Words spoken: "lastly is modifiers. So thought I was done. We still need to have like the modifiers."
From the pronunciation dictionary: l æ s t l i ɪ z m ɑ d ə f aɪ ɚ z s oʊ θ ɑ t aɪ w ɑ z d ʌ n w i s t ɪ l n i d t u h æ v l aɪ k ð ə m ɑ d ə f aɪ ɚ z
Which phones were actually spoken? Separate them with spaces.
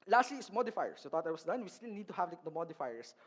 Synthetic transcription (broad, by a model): l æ s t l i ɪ s m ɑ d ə f aɪ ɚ s oʊ t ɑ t aɪ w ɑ s d ʌ n w i s t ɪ l n i d t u h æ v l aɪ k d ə m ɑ d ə f aɪ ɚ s